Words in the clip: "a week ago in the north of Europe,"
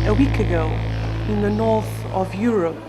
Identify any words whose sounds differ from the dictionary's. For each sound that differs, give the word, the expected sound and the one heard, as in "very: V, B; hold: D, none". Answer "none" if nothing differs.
none